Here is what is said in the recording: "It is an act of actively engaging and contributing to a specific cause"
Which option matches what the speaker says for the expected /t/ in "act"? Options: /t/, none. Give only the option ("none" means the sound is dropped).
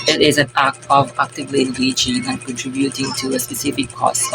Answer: none